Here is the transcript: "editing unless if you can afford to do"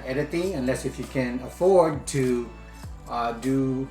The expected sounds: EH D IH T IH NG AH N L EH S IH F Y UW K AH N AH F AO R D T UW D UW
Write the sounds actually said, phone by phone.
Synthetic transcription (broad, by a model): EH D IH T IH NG AH N L EH S IH F Y UW K AH N AH F AO R D T UW D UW